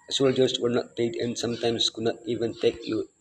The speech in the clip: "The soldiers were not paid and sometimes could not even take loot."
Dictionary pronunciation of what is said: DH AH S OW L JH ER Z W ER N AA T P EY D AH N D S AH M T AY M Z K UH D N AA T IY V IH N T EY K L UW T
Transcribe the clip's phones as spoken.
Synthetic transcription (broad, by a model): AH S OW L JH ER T W ER N AA T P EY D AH N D S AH M T AY M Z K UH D N AA T IY V IH N T EY K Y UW